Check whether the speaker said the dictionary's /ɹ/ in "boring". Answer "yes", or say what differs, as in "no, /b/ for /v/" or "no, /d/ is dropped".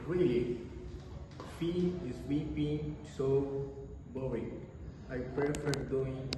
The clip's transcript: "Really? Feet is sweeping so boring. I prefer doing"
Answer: no, /ɹ/ is dropped